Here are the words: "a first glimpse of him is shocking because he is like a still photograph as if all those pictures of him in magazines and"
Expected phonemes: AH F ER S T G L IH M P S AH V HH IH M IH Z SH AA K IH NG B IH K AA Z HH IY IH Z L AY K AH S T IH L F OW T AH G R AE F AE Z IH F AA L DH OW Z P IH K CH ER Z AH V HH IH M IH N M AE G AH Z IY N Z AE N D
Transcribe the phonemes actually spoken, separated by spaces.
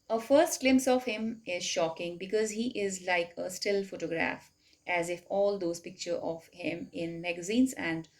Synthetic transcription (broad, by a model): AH F ER S T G L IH M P S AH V HH IH M IH Z SH AA K IH NG B IH K AA Z HH IY IH Z L AY K AH S T IH L F OW T AH G R AE F AE Z IH F AA L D OW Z P IH K CH ER AH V HH IH M IH N M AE G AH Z IY N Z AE N D